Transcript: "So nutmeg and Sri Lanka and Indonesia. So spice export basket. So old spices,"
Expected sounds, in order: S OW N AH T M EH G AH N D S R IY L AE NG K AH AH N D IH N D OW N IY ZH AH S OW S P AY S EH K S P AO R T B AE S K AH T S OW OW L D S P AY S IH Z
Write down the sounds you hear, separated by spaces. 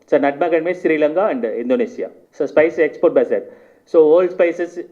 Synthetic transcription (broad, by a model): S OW N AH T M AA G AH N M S R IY L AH NG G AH AH N D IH N D OW N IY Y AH S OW S P AY S EH K S P AO R T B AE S AH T S OW OW L D S P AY S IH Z